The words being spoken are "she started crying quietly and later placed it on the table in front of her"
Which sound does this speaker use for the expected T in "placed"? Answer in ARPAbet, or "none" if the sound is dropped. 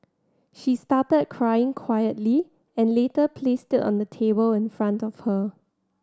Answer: T